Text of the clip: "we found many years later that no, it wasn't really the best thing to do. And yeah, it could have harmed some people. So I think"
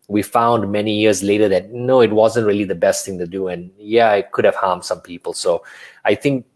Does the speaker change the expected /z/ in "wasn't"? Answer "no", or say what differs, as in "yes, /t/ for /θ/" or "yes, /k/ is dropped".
no